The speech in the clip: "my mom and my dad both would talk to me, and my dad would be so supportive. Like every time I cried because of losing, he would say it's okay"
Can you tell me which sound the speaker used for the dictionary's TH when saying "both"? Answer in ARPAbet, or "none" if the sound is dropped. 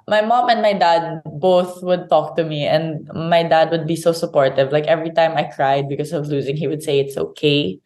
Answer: TH